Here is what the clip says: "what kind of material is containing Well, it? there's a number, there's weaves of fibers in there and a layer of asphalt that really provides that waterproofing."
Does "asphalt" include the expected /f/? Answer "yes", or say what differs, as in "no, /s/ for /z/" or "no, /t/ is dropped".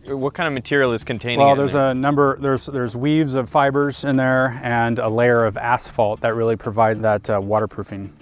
yes